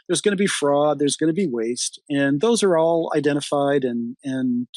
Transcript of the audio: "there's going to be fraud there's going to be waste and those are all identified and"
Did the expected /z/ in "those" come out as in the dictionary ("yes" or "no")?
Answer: yes